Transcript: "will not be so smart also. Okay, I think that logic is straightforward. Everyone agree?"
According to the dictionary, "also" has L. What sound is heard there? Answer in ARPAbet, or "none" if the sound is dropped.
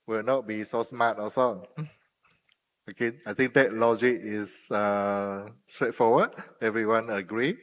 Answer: none